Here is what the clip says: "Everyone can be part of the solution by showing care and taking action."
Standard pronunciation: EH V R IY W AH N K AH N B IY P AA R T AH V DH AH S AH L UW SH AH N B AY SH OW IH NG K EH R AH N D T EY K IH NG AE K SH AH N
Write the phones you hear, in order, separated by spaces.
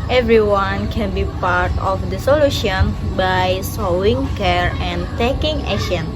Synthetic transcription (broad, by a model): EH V R IY W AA N K AH N B IY P AA R T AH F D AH S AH L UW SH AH N B AY S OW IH NG K EH R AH N T EY K IH NG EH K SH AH N